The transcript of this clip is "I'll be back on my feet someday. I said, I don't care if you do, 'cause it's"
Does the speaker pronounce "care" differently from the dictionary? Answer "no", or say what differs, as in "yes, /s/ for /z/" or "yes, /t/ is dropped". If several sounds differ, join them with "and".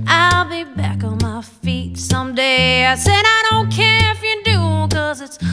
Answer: no